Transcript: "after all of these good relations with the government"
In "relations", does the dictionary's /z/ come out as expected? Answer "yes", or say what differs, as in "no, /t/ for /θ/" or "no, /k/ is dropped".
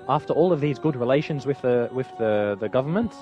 yes